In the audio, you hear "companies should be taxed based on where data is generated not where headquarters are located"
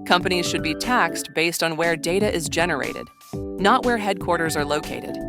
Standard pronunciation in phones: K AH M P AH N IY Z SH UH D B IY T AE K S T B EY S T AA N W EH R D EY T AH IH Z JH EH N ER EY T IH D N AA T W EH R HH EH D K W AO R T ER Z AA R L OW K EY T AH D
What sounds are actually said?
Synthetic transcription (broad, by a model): K AH M P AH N IY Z SH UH D B IY T AE K S T B EY S T N W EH R D EY T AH IH Z JH EH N ER EY T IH D N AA T W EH R HH EH D K W AO R T ER Z AA R L OW K EY T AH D